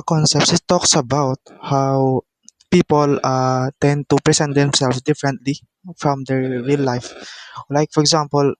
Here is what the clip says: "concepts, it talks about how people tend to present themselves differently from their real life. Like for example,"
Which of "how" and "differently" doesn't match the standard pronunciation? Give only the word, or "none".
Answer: none